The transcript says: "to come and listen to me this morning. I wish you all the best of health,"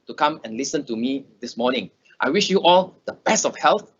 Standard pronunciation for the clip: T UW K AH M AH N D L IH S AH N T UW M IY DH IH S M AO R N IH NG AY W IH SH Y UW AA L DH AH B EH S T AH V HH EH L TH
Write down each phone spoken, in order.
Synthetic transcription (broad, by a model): T UW K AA M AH N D L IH S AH N T UW M IY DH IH S M AO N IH NG AY W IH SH Y UW AA L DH AH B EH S AH F HH EH L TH